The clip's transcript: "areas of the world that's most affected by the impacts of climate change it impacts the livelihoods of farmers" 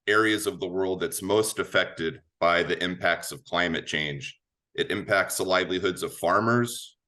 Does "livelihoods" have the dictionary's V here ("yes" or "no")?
yes